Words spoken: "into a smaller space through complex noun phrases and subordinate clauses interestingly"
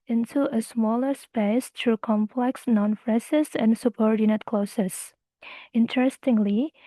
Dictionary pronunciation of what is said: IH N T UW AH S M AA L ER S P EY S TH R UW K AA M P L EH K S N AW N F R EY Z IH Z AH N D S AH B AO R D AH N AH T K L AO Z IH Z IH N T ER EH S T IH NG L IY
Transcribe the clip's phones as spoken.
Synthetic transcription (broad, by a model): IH N T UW AH S M AA L ER S P EY S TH R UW K AA M P L EH K S N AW N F R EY S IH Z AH N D S AH B AO R D AH N AH T K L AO S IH S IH N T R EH S T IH NG L IY